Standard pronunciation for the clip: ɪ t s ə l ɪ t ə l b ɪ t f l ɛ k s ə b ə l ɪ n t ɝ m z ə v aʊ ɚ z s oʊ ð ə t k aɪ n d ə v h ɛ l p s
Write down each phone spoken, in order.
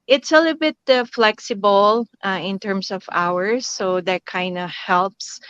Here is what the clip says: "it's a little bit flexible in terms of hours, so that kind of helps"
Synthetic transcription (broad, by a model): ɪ t s ə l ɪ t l b ɪ t f l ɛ k s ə b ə l ɪ n t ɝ m s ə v aʊ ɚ s oʊ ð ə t k aɪ n d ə h ɛ l p s